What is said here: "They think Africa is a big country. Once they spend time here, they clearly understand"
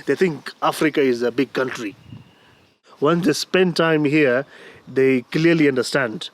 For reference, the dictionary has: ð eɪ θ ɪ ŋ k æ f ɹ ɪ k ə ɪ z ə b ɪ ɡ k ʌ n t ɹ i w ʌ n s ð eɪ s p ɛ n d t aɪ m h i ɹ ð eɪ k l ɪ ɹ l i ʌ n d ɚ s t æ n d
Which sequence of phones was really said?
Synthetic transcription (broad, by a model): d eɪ t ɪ ŋ k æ f ɹ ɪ k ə ɪ z ə b ɪ ɡ k ʌ n t ɹ i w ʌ n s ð eɪ s p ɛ n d t aɪ m h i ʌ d eɪ k l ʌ ɹ l i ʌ n d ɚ s t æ n d